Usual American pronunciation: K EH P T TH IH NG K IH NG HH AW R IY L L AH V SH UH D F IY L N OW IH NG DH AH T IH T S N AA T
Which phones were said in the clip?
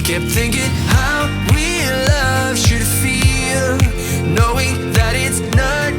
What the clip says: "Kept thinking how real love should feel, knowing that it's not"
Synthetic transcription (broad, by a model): K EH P TH IH NG K IH NG HH AW W IY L L AH V SH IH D F IY L N OW IH NG DH AH T IH T S N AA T